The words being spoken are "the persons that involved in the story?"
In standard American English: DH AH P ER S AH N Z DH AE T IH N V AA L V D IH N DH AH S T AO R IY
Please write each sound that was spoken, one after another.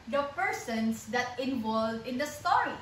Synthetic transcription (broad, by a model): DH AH P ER S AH N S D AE T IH N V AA L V IH N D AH S T AO R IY